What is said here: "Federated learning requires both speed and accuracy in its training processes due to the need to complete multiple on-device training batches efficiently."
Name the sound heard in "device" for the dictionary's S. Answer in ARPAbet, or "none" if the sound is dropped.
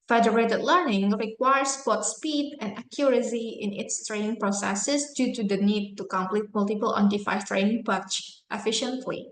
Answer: none